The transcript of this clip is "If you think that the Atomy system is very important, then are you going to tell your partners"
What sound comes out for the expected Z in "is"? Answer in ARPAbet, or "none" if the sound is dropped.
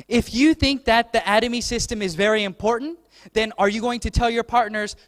Z